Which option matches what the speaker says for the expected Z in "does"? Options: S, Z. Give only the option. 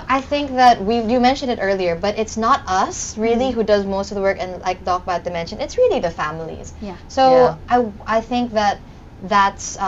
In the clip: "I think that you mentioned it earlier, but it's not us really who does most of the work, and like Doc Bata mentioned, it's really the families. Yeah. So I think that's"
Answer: Z